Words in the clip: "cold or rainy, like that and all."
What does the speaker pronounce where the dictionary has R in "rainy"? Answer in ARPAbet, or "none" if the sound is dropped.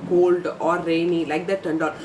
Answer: R